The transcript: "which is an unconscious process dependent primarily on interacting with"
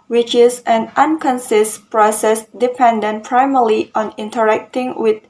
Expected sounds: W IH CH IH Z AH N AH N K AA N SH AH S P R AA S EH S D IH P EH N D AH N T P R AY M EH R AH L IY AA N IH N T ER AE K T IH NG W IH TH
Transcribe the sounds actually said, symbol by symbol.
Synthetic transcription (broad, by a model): W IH CH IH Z AH N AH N K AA N S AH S P R AA S EH S D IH P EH N D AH N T P R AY M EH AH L IY AA N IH N T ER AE K T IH NG W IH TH